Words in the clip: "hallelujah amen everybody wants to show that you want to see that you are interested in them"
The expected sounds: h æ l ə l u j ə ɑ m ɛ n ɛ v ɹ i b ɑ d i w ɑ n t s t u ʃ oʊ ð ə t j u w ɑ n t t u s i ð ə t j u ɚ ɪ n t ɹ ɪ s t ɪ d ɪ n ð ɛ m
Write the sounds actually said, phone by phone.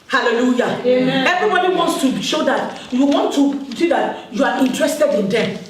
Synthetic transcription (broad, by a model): h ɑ l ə l u j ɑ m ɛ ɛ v ɹ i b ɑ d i w ɑ n t s t u ʃ oʊ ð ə t j u w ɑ n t t u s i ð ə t j u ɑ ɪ n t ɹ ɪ s t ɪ d ɪ n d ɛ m